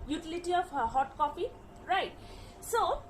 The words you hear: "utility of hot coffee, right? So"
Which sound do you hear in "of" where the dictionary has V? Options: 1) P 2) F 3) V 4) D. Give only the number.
1